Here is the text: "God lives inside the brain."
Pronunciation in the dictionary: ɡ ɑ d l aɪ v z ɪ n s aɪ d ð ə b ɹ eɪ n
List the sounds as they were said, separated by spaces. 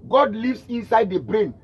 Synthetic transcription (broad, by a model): ɡ ɑ d l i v s ɪ n s aɪ d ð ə b ɹ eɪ n